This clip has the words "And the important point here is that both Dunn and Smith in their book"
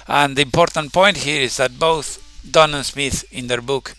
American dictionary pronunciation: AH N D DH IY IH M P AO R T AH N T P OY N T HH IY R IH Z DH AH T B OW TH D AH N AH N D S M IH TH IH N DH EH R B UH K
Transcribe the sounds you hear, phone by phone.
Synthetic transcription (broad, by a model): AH N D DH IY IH M P AO R T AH N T P OY N T HH IY R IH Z DH AH T B OW TH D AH N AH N S M IH TH IH N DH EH R B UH K